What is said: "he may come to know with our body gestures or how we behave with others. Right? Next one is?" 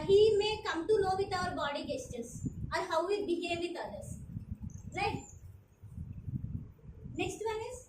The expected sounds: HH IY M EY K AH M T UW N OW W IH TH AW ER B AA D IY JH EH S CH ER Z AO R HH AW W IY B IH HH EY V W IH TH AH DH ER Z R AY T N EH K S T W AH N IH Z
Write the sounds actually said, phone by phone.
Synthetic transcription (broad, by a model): HH IY M EY K AH M T UW L OW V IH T AW ER B AA D IY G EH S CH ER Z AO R HH AW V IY B IH HH EY V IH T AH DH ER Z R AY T N EH K S T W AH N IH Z